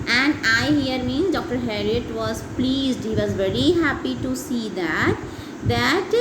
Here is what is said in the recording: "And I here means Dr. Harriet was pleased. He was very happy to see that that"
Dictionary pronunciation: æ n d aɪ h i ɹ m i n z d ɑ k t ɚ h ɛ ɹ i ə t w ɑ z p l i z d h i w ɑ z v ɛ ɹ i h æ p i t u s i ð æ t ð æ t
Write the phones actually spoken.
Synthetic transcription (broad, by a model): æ n d aɪ h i ɹ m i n d ɑ k t ɚ h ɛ ɹ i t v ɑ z p l i z d h i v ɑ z v ɛ ɹ i h æ p i t u s i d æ t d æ t